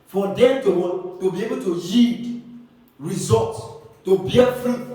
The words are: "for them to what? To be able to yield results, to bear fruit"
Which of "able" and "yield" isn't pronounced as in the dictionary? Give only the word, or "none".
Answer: yield